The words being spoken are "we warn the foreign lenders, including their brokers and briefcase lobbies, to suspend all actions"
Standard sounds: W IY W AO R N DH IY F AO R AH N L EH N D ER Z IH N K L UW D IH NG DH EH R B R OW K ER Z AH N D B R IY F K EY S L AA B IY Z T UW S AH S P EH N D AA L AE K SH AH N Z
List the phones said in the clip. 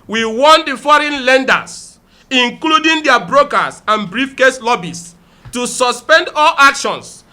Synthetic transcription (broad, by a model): W IY W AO N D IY F AO R AH N L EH N D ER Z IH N K L UW D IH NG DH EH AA B R OW K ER S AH N B R IY F K EY S L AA B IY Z T UW S AH S P EH N D AA L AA K SH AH N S